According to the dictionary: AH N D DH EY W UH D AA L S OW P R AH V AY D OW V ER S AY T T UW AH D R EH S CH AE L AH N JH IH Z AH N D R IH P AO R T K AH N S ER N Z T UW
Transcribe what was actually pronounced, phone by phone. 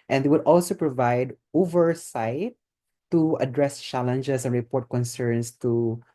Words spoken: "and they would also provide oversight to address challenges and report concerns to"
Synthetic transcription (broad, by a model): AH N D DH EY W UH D AA L S OW P R AH V AY D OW V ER S AY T T UW AH D R EH S CH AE L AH N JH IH S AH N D R IH P AO R T K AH N S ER N S T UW